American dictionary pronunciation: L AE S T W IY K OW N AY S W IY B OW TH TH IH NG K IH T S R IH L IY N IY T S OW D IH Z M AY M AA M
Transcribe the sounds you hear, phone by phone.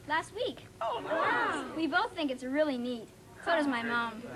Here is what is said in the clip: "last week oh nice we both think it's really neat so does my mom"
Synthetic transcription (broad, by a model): L AE S T W IY K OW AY W IY B OW TH TH IH NG K IH T S R IH L IY N IY T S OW D IH Z M AY M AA M